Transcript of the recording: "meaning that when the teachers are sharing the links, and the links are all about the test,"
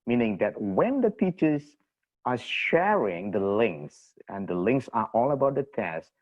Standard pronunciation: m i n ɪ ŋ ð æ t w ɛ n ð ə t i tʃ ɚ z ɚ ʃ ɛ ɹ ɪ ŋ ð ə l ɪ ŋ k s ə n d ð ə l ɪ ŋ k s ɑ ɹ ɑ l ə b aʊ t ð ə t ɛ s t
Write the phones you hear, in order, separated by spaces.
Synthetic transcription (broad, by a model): m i n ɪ ŋ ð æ t w ɛ n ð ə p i tʃ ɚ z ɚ ʃ ɛ ɹ ɪ ŋ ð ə l ɪ ŋ k s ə n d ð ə l ɪ ŋ k s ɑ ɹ ɑ l ə b aʊ t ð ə t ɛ s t